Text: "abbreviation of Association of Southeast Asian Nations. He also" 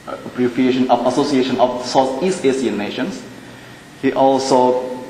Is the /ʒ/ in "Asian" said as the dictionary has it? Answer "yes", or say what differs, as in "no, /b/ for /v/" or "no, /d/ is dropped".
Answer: no, /s/ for /ʒ/